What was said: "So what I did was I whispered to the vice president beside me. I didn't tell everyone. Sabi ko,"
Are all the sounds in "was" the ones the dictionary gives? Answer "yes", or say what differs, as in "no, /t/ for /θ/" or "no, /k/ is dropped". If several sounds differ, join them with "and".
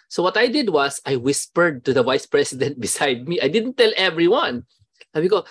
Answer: no, /s/ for /z/